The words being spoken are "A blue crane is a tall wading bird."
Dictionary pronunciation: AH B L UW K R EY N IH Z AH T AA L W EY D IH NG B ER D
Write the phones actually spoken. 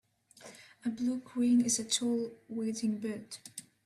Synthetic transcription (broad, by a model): AH B L UW K W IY N IH Z AH T AA L W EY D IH NG B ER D